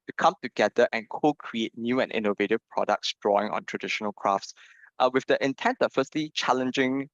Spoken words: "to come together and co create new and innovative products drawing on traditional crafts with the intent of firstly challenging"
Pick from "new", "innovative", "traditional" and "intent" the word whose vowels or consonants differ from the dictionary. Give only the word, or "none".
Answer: none